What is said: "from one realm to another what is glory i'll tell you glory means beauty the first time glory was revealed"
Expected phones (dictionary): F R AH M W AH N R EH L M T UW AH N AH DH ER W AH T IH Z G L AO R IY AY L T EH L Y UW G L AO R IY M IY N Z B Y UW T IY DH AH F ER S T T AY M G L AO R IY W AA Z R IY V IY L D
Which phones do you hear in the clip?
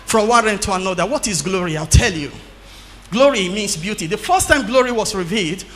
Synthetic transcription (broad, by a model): F R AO M W AH N R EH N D T UW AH N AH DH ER W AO T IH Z G L AO R IY AY L T EH L Y UW G L AO R IY M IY N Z B Y UW T IY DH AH F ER S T T AY M G L AO R IY W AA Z R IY V IY L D